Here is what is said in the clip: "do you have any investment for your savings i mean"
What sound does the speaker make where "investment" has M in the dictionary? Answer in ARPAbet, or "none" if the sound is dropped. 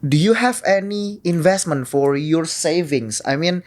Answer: M